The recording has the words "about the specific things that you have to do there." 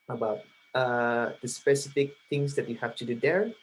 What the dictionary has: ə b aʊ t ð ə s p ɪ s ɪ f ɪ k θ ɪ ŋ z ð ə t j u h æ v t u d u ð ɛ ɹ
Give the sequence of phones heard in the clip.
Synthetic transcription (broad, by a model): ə b aʊ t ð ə s p ɪ s ɪ f ɪ k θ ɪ ŋ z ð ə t j u h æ f t u d u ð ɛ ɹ